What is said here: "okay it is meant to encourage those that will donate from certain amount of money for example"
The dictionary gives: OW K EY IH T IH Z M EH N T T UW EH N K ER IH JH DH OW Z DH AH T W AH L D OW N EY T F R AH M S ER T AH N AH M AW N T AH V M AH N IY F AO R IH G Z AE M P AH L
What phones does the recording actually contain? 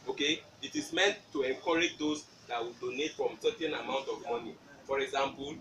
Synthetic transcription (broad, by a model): OW K EY IH T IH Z M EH N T T UW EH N K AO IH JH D OW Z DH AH T W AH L D OW N EY T F R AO M S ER T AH N AH M AW N T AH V M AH N IY F AO R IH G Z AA M P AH L